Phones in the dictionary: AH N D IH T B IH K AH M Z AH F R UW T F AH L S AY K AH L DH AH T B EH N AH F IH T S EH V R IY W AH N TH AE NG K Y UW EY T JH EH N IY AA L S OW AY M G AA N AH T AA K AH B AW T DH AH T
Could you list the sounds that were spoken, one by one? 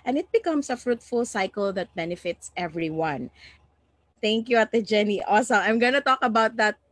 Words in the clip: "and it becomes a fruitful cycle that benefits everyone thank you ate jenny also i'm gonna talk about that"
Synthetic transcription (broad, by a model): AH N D IH T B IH K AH M S AH F R UW T F AH L S AY K AH L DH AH T B EH N AH F IH T S EH V R IY W AH N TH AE NG K Y UW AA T JH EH N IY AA S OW AY M G AA N AH T AA K AH B AW T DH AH T